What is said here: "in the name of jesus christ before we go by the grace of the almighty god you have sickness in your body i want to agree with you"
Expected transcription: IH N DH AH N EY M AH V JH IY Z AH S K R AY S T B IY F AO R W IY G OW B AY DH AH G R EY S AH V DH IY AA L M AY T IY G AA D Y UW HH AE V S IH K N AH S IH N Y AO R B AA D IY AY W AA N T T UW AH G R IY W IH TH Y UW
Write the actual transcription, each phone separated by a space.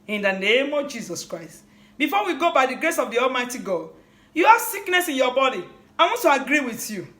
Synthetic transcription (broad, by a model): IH N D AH N EY M AH V JH IY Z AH S K R AY S T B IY F AO W IY G OW B AY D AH G R EY S AH V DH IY AA L M AY T IY G AA D Y UW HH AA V S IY K N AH S IH N Y AO B AA D IY AY W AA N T T UW AH G R IY W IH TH Y UW